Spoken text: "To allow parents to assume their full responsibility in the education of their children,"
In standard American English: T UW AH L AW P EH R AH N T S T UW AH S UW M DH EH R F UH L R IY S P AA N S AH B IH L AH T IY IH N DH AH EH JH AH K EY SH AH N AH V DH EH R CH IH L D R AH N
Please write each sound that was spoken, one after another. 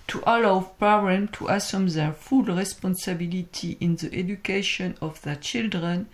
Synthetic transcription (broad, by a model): T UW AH L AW P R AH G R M T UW AH S UW M DH EH R F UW L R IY S P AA N S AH B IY L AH T IY IH N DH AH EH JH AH K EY SH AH N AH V DH EH R CH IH L D R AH N